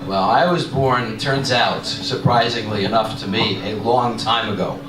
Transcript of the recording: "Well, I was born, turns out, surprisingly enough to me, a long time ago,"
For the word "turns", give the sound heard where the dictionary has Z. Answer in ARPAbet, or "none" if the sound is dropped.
Z